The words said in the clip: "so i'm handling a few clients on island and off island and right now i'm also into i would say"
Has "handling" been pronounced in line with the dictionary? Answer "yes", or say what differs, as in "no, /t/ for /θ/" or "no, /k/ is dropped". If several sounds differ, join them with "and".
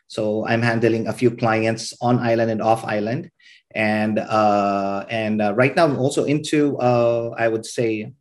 yes